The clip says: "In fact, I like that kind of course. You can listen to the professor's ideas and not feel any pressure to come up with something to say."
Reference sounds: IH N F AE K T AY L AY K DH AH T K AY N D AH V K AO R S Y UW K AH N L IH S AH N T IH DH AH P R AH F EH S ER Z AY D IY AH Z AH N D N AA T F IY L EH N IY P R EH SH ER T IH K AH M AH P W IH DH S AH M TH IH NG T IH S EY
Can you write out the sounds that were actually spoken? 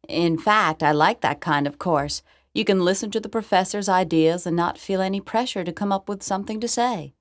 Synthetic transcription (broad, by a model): IH N F AE K T AY L AY K DH AH T K AY N D AH V K AO R S Y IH K AH N L IH S AH N T IH DH AH P R AH F EH S ER Z AY D IY AH Z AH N N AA T F IY L EH N IY P R EH SH ER T IH K AH M AH P W IH DH S AH M TH IH NG T IH S EY